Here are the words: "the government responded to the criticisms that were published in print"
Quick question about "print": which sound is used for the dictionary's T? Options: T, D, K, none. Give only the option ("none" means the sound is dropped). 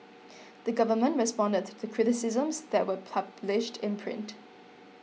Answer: T